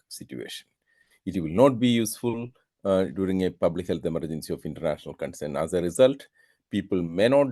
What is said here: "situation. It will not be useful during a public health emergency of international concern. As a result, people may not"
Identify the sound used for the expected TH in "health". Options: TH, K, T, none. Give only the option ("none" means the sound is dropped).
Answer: T